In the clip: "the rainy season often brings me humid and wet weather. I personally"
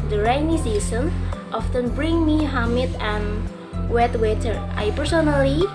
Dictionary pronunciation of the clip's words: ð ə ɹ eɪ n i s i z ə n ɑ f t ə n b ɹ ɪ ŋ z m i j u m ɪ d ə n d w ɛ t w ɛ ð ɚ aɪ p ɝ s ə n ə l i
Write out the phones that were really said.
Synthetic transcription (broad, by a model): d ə ɹ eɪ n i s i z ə n ɑ f t ə n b ɹ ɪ ŋ m i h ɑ m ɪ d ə n w ɛ t w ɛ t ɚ aɪ p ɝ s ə n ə l i